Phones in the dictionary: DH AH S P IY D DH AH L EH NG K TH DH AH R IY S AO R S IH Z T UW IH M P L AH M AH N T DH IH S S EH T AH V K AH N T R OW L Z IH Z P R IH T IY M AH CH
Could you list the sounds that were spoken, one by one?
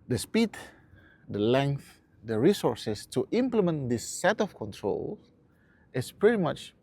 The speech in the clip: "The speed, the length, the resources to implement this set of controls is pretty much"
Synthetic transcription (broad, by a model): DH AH S P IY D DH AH L EH NG K TH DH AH R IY S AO R S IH S T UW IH M P L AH M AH N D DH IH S S EH T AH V K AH N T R OW L IH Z P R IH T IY M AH CH